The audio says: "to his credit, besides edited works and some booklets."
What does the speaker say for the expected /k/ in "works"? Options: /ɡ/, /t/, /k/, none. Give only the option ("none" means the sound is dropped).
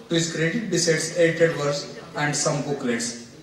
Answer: none